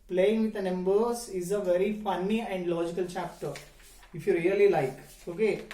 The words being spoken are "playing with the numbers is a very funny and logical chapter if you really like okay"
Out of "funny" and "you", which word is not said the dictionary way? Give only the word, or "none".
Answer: none